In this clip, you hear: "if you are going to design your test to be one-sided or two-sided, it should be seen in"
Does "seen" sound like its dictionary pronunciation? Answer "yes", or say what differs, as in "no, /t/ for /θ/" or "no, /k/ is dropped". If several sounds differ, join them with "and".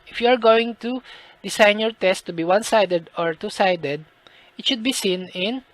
yes